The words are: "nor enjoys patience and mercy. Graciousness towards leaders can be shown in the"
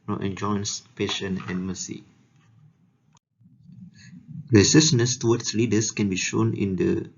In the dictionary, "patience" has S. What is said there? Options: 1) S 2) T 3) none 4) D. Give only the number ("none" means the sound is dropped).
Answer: 3